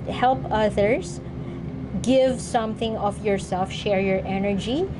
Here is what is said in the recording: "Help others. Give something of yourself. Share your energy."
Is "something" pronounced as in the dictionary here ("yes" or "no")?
yes